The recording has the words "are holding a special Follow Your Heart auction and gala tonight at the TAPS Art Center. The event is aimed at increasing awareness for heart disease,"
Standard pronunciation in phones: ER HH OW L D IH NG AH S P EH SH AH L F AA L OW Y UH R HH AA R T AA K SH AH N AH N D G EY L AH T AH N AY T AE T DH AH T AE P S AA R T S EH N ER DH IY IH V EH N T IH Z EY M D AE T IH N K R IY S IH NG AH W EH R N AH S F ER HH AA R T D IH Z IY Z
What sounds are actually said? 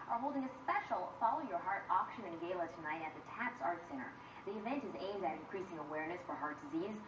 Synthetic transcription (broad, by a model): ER HH OW L D IH NG AH S P EH SH L F AA L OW Y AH R HH AA R T AA K SH AH N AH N G EY L AH T AH N AY T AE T DH AH T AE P S AA R T S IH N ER DH IY IH V EH N T IH Z EY M D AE T IH N K R IY S IH NG AH W EH R N AH S F ER HH AA R T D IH Z IY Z